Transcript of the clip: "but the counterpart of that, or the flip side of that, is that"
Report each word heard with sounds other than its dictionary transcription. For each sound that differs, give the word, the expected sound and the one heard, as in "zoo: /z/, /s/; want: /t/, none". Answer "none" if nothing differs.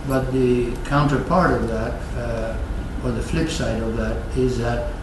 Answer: none